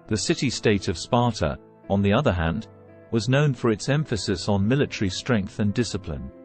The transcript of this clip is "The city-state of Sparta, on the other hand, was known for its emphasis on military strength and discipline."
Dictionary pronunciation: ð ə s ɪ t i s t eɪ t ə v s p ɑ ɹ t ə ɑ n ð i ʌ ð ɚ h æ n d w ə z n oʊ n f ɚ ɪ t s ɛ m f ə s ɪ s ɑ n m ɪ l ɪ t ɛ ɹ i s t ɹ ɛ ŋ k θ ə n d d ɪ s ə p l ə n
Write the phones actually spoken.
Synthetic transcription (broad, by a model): ð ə s ɪ t i s t eɪ t ə v s p ɑ ɹ t ə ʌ n ð i ʌ ð ɚ h æ n d w ə z n oʊ n f ɚ ɪ t s ɛ m f ə s ɪ s n m ɪ l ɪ t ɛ ɹ i s t ɹ ɛ ŋ k θ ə n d d ɪ s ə p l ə n